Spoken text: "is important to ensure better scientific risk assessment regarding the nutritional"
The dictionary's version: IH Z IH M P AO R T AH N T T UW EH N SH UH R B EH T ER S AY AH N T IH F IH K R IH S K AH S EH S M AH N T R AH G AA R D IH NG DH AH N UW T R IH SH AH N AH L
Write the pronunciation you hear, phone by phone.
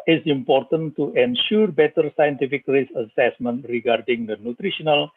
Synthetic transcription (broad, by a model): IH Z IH M P AO R T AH N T T UW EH N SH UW R B EH T ER S AY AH N T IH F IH K R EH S AH S EH S M AH N T R AH G AA R D IH NG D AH N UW T R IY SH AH N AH L